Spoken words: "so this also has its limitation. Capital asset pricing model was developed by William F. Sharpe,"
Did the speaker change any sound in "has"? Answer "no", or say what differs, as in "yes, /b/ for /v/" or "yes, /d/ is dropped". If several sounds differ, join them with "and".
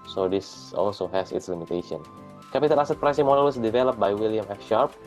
yes, /s/ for /z/